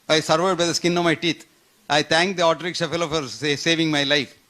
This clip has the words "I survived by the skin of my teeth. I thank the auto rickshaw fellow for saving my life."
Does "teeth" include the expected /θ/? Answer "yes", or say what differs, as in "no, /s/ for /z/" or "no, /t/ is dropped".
no, /t/ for /θ/